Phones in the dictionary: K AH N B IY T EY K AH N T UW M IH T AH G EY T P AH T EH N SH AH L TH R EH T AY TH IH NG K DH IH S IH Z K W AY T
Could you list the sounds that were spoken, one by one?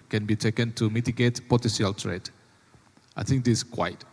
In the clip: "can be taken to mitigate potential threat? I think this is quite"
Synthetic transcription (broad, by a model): K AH N B IY T EY K AH N T UW M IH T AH G EY T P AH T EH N S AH L T R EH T AY TH IH NG K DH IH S K W AY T